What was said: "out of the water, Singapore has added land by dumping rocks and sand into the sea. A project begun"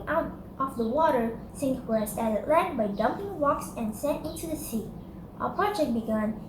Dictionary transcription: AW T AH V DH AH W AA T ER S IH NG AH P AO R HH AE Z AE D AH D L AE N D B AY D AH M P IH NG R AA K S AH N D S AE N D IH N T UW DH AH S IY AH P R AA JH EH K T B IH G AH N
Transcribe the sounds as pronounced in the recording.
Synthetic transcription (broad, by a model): AW T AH F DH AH W AA T ER S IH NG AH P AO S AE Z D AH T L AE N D B AY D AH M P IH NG R AA K S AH N S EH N IH N T UW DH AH S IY AH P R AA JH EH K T B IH G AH N